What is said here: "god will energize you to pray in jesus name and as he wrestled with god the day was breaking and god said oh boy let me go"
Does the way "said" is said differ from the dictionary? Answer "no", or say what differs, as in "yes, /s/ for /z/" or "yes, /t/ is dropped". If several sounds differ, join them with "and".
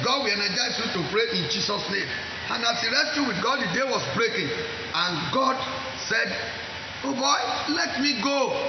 no